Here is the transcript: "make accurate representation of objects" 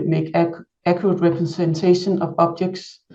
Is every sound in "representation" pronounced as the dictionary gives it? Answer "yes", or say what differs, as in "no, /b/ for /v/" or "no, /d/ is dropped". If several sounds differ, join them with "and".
no, /s/ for /z/